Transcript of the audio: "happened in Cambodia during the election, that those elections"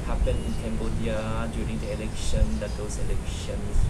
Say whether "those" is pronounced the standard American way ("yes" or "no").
no